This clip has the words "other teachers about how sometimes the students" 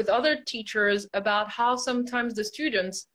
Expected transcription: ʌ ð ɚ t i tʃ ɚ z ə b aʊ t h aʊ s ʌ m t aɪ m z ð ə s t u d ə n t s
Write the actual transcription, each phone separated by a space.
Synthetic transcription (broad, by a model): ʌ ð ɚ t i tʃ ɚ z ə b aʊ t h aʊ s ʌ m t aɪ m z ð ə s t u d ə n t s